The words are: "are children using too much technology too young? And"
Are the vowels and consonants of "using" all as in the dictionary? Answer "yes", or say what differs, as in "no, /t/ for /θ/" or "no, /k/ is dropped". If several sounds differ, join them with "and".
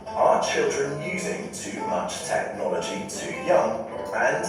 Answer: yes